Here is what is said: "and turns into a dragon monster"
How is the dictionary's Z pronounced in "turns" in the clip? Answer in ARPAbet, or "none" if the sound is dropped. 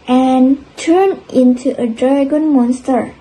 none